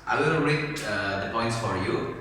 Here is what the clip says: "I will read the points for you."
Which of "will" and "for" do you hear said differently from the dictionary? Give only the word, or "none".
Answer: will